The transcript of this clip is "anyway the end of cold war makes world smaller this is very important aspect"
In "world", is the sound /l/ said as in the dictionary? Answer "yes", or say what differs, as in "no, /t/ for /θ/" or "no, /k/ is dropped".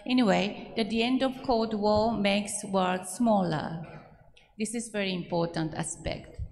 no, /l/ is dropped